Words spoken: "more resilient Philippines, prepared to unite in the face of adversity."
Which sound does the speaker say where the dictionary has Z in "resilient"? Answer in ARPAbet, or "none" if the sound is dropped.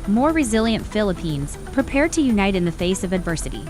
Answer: Z